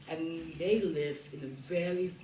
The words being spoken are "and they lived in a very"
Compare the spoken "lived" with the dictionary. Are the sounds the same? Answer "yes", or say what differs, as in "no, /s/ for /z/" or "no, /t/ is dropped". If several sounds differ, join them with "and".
no, /d/ is dropped